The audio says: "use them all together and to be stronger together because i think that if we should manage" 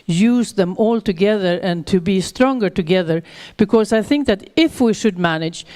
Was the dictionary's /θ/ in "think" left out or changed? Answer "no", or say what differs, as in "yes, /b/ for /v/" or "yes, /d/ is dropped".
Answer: no